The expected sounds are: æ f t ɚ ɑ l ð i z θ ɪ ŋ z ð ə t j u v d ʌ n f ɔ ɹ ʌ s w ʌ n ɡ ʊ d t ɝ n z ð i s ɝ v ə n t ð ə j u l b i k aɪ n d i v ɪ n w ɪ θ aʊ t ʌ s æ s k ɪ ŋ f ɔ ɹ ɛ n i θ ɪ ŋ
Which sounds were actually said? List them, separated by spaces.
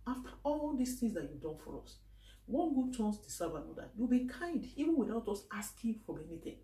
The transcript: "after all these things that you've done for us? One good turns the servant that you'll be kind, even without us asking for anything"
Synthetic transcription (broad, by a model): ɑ f t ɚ ɑ l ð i s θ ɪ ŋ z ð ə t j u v d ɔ n f ɔ ɹ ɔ s w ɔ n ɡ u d t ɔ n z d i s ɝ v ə n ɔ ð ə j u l b i k aɪ n d i v ɪ n w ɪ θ aʊ t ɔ s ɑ s k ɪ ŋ f ɔ ɹ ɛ n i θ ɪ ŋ